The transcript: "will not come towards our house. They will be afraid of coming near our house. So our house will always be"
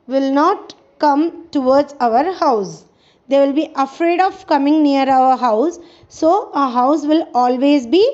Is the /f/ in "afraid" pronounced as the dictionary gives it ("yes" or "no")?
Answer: yes